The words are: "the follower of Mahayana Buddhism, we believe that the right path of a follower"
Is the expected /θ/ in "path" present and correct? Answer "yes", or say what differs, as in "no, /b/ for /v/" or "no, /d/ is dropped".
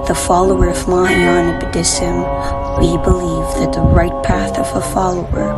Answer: yes